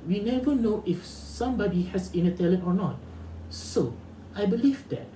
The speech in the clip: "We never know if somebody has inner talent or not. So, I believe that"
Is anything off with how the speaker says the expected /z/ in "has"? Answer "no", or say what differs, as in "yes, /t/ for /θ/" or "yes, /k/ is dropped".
yes, /s/ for /z/